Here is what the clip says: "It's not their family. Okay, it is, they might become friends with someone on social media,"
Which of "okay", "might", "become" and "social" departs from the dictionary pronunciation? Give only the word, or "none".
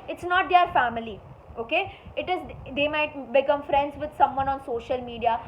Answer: none